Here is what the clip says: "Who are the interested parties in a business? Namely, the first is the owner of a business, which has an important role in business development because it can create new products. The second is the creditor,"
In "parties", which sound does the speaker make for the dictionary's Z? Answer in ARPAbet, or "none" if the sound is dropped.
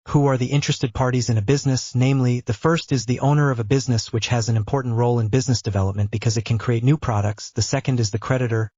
Z